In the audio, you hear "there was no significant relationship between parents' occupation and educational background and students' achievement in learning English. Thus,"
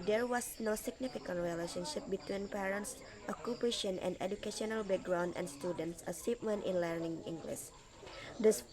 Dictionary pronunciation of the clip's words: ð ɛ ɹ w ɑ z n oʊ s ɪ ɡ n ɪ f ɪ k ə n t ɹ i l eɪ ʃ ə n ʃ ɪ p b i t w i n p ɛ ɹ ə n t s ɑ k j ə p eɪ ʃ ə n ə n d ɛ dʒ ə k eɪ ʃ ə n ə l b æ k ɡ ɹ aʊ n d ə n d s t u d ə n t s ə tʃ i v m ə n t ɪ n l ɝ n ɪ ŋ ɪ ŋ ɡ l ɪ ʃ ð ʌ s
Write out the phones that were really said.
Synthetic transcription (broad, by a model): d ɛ ɹ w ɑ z n oʊ s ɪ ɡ n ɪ f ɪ k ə n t ɹ i l eɪ ʃ ə n ʃ ɪ p b i t w i n p ɛ ɹ ə n t s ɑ k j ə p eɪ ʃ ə n ə n d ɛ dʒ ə k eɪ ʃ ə n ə l b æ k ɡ ɹ aʊ n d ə n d s t u d ə n t s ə s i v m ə n t ɪ n l ɝ n ɪ ŋ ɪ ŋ ɡ l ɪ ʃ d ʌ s